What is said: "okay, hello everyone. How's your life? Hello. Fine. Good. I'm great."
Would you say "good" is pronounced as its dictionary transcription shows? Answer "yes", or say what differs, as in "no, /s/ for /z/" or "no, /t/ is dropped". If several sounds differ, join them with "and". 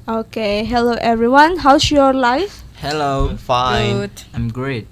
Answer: no, /d/ is dropped